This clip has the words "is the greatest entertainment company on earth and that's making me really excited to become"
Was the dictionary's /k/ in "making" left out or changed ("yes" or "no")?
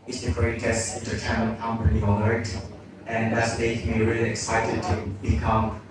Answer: yes